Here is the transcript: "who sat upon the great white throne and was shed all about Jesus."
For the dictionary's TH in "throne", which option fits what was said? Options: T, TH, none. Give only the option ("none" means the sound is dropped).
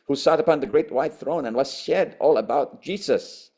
TH